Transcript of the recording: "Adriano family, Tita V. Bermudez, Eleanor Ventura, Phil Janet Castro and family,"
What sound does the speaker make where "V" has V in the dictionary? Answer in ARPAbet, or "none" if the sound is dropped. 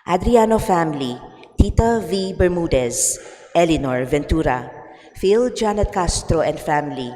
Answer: V